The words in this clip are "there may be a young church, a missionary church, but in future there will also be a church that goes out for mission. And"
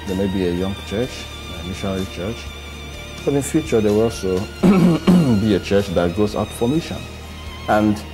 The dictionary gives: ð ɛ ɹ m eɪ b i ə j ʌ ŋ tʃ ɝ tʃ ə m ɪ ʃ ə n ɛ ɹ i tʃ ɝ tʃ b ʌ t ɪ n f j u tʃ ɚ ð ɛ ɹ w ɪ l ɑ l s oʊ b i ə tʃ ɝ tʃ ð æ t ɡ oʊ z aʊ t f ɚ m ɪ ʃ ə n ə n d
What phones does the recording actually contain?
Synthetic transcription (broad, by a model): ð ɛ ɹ m eɪ b i ə j ʌ ŋ tʃ ɝ tʃ ə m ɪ ʃ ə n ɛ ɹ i tʃ ɝ tʃ b ʌ t ɪ n f j u tʃ ɚ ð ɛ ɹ w ɪ l ɑ l s oʊ b i ə tʃ ɝ tʃ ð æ t ɡ oʊ z aʊ t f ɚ m ɪ ʃ ə n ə n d